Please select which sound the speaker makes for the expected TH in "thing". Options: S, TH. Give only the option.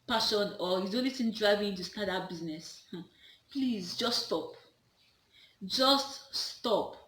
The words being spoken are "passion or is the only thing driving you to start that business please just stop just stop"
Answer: S